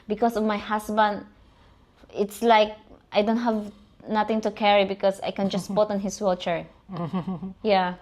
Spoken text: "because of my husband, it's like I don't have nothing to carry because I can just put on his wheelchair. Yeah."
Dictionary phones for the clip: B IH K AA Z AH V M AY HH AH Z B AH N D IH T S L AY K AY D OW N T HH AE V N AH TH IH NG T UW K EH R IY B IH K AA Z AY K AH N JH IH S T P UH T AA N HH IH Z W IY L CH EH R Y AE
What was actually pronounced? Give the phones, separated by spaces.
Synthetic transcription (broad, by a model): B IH K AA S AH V M AY HH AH S B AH N D IH T S L AY K AY D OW N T HH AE V N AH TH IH NG T UW K EH R IY B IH K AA S AY K AH N JH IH S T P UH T AA N HH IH S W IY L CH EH R Y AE